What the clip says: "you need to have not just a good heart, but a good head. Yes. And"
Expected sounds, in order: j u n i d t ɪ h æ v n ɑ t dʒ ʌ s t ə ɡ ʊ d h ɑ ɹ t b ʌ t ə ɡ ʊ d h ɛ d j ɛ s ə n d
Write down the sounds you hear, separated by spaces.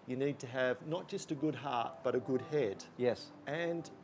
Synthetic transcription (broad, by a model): j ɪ n i d t ɪ v n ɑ t dʒ ʌ s t ə ɡ ʊ d h ɑ ɹ t b ʌ t ə ɡ ʊ d h ɛ d j ɛ s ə n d